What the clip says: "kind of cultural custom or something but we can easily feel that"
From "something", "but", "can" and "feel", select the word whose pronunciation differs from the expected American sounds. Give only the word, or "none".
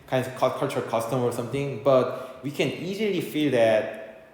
something